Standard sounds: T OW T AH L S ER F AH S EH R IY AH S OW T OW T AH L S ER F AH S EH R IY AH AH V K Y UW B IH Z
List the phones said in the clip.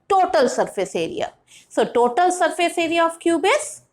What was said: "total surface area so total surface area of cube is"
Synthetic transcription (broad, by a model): T OW T AH L S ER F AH S EH R IY AH S OW T OW T AH L S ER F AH S EH R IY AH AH F K Y UW B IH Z